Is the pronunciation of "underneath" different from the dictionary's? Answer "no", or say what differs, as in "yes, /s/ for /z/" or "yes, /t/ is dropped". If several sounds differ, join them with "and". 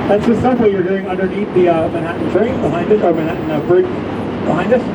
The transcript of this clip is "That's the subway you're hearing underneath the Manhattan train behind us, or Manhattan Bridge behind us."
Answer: yes, /t/ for /θ/